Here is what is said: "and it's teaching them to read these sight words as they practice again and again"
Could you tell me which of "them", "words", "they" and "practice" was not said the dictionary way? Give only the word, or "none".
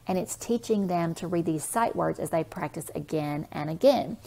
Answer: none